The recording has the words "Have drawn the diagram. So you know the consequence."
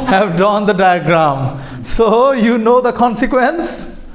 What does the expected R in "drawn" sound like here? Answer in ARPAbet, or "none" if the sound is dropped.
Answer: none